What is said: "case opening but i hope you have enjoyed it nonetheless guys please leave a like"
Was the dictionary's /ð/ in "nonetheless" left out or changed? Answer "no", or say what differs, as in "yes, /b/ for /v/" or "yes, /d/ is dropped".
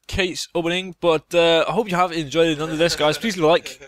yes, /ð/ is dropped